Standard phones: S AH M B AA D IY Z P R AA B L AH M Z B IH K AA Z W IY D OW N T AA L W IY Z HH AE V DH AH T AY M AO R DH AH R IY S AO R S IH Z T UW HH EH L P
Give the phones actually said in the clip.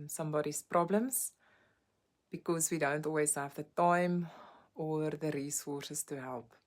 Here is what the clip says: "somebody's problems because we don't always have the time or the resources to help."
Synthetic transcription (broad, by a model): S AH M B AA D IY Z P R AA B L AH M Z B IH K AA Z W IY D OW N T AA L W IY Z HH AE V DH AH T AY M AO R DH AH R IY S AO S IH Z T UW HH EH L P